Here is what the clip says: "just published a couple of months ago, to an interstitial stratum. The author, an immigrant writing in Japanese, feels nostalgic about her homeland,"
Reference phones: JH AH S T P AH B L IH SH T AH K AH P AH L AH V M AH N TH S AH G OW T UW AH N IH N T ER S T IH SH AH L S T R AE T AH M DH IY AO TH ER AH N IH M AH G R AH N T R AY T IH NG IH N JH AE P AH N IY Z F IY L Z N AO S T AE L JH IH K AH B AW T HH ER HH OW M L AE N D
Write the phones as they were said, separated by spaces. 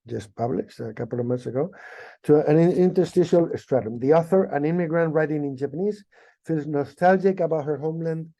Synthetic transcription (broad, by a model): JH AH S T P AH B L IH SH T AH K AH P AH L AH V M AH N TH S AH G OW T UW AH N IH N T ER S T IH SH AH L S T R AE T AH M DH IY AO TH ER AH N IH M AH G R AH N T R AY T IH NG IH N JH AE P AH N IY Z F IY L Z N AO S T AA L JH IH K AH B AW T HH ER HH OW M L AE N D